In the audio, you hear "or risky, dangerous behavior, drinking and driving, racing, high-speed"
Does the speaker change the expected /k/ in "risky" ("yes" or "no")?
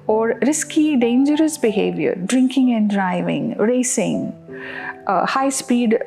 no